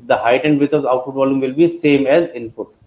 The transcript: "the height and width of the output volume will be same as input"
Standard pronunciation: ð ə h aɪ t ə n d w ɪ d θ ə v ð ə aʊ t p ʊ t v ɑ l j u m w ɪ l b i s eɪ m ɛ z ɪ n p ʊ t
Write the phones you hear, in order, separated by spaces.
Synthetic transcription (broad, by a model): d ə h aɪ t ə n d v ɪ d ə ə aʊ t f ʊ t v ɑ l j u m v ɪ l b i s eɪ m ɛ z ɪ n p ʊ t